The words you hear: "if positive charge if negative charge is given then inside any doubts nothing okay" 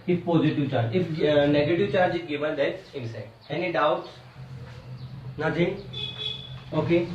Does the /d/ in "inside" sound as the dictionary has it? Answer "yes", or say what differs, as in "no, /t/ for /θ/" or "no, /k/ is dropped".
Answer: no, /d/ is dropped